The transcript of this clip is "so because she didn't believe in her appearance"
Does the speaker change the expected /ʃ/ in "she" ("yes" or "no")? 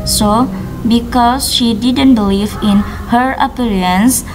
no